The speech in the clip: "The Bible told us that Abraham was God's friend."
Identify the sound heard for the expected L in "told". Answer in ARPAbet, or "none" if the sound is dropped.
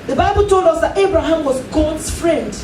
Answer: L